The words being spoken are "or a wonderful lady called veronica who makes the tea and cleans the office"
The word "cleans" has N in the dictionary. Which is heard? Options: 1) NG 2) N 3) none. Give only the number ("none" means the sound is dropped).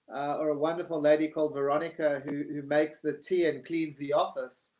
2